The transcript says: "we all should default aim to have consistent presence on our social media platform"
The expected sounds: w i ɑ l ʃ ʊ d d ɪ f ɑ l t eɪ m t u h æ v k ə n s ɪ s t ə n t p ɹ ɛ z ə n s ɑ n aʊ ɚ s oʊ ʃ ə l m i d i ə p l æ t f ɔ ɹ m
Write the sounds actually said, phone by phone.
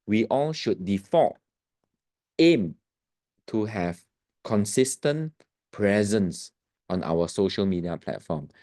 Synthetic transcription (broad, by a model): w i ɑ l ʃ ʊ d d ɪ f ɑ t eɪ m t u h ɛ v k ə n s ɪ s t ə n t p ɹ ɛ z ə n s ɑ n aʊ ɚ s oʊ ʃ ə l m i d i ə p l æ t f ɔ m